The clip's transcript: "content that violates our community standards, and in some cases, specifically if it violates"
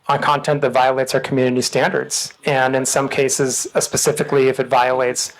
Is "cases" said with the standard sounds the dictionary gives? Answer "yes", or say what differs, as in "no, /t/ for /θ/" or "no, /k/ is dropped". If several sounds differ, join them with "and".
yes